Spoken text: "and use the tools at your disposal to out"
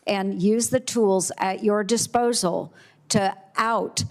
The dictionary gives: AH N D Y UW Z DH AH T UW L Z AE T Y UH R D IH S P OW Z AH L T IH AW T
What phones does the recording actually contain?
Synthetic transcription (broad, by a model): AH N Y UW Z DH AH T UW L Z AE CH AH R D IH S P OW Z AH L T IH AW T